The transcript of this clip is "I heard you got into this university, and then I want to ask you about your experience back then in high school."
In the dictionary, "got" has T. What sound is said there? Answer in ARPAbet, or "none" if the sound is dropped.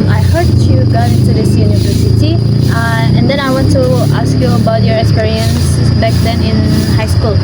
none